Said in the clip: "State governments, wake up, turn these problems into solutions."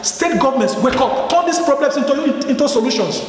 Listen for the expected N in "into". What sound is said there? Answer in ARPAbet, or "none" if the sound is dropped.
N